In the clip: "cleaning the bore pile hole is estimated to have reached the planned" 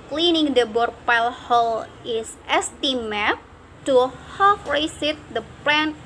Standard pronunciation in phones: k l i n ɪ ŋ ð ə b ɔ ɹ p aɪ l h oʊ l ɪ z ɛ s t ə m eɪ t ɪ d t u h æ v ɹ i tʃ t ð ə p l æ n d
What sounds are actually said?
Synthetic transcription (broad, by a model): k l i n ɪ ŋ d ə b ɔ ɹ p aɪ l h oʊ l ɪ s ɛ s t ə m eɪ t t u h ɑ f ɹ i s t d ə p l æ n